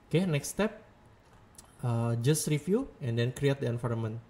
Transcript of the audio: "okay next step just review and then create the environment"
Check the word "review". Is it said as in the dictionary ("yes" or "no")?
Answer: no